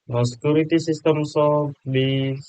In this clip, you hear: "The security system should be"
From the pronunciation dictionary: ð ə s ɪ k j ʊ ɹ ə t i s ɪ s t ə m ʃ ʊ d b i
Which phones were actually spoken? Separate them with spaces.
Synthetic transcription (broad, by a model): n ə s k j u ɹ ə t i s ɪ s t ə m s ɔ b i